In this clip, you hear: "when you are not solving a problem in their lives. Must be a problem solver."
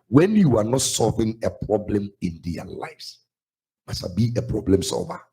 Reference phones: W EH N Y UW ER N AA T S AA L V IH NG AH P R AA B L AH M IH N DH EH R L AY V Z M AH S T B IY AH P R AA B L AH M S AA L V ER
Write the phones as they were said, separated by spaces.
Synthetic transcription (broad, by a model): W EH N Y UW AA N AA T S AA L V IH NG AH P R AA B L AH M IH N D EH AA L AY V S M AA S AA B IY AH P R AA B L AH M S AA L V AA